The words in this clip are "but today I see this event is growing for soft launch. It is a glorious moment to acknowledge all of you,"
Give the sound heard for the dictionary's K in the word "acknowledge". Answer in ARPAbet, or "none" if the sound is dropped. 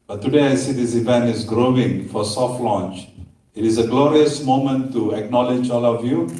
K